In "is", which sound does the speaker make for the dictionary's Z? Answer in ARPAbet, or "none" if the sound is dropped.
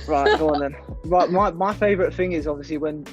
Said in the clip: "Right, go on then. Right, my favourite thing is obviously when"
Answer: Z